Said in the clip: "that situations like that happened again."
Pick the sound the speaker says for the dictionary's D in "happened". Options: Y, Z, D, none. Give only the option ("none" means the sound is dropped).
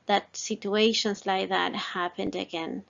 D